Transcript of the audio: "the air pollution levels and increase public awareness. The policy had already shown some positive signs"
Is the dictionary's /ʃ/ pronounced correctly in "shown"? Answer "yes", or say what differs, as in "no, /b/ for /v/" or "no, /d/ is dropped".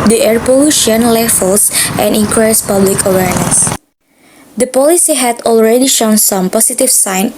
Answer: yes